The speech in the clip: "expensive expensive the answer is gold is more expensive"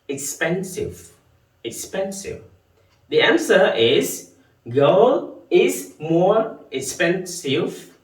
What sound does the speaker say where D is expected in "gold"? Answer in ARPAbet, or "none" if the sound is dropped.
none